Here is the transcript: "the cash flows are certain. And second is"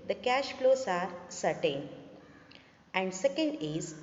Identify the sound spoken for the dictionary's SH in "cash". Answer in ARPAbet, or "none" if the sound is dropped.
SH